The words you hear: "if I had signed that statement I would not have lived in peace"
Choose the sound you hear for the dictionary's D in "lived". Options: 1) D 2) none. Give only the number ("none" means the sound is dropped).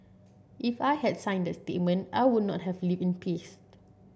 2